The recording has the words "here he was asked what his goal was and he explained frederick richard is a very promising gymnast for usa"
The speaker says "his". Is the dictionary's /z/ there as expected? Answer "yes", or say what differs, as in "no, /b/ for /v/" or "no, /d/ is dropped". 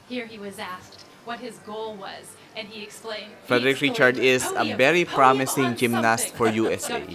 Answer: yes